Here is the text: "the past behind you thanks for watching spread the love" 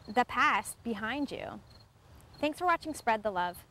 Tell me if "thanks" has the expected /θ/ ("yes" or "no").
yes